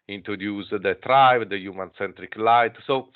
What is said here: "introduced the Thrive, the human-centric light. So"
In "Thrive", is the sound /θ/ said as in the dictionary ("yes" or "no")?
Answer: no